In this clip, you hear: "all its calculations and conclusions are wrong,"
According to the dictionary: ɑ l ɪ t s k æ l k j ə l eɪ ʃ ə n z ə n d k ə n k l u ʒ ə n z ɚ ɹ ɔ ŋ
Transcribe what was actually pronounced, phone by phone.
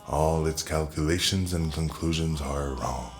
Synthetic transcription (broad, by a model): ɑ l ɪ t s k æ l k j ə l eɪ ʃ ə n z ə n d k ə n k l u ʒ ə n z ɚ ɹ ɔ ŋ